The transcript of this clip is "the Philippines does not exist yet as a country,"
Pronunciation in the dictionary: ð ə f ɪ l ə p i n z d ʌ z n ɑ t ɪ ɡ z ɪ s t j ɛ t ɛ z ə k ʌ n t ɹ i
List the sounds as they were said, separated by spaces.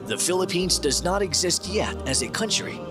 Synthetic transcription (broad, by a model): ð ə f ɪ l ə p i n z d ʌ z n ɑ t ɪ ɡ z ɪ s t j ɛ t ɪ z ə k ʌ n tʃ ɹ i